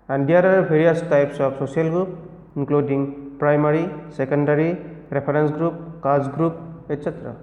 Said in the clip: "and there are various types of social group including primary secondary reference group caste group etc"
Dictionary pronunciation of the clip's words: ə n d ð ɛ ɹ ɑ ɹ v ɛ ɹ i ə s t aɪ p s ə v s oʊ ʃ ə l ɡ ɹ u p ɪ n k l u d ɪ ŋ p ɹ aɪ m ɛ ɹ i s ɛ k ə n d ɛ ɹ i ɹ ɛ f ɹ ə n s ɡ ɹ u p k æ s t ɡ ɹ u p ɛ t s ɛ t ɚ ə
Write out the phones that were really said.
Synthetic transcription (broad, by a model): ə n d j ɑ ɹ ɑ ɹ b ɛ ɹ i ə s t aɪ p s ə p s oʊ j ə l ɡ ɹ u p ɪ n k l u d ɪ ŋ p ɹ aɪ m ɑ ɹ i s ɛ k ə n d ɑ ɹ i ɹ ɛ p ɹ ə n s ɡ ɹ u p k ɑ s ɡ ɹ u p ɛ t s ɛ t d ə